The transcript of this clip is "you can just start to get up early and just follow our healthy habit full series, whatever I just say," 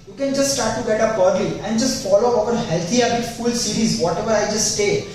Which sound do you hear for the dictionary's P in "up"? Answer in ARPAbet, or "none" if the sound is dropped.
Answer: B